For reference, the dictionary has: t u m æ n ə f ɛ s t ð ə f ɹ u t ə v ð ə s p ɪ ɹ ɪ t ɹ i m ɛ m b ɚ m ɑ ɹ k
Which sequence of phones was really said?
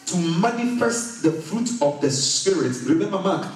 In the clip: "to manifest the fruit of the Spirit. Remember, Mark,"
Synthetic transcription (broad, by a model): t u m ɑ n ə f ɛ s t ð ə f ɹ u t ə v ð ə s p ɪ ɹ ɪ t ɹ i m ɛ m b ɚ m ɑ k